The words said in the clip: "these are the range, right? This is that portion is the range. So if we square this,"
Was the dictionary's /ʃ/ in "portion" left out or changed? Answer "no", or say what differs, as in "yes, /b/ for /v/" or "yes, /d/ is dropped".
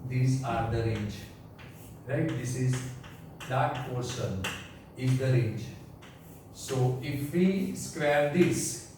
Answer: yes, /s/ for /ʃ/